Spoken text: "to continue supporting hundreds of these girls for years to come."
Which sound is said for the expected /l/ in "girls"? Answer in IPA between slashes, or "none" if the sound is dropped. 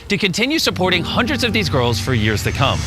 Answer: /l/